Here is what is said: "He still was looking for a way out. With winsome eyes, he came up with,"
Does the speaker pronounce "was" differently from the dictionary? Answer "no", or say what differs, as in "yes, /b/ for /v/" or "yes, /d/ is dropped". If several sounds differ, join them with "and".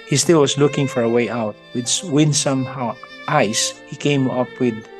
yes, /s/ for /z/